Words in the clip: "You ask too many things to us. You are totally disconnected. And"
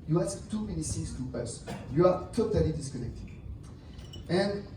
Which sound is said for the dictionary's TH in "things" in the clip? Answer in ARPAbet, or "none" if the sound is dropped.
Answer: S